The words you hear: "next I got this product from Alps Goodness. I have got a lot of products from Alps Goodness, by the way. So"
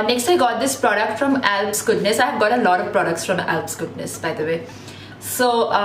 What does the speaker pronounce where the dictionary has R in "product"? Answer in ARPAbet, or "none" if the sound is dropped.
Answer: R